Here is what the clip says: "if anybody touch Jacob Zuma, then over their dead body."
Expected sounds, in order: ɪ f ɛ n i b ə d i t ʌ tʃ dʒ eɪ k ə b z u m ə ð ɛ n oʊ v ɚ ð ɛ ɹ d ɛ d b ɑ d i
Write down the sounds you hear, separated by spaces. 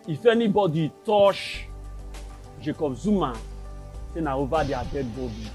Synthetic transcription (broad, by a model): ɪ f ɛ n i b ə d i t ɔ ʃ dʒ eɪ k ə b z u m ə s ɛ n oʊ v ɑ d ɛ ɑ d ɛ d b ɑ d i